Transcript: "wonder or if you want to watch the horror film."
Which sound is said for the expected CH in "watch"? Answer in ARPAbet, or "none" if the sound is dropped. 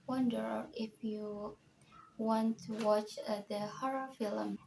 CH